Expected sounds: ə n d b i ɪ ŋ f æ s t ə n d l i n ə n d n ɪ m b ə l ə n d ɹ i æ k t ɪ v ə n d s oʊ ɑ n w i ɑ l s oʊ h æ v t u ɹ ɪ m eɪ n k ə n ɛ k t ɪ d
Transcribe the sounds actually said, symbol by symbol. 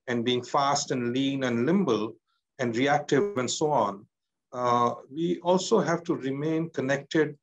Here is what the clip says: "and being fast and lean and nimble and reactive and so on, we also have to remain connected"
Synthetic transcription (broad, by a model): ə n d b i ɪ ŋ f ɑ s t ə n d l i n ə n d l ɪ m b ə l ə n d ɹ i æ k t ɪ ə n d s oʊ ɑ n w i ɑ l s oʊ h æ v t u ɹ ɪ m eɪ n k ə n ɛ k t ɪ d